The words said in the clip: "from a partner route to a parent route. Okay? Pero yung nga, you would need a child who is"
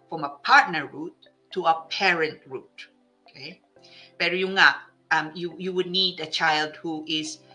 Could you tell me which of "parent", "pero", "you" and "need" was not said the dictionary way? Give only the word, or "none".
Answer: pero